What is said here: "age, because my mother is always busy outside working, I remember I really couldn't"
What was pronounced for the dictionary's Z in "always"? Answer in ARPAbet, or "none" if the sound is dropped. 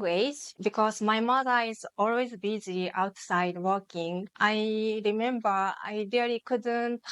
Z